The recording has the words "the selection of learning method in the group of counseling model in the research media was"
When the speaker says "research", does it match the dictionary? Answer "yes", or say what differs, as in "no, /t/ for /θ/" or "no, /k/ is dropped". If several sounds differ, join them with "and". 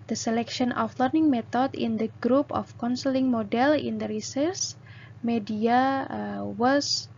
no, /s/ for /tʃ/